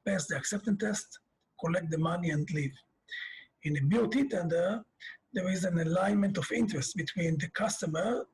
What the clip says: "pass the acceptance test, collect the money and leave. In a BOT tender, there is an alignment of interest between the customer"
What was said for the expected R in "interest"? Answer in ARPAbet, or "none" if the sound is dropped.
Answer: R